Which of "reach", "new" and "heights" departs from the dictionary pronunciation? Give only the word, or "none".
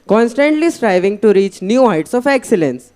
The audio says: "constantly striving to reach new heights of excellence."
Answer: none